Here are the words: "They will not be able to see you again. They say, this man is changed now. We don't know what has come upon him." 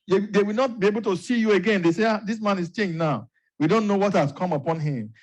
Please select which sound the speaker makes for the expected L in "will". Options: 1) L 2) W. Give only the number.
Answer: 2